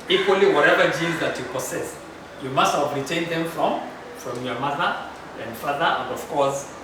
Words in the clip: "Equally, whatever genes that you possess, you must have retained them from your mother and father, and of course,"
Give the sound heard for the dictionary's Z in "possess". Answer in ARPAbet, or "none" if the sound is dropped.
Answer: S